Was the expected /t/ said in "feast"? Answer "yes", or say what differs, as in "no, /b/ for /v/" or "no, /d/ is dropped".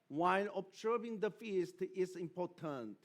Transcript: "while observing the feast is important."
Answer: yes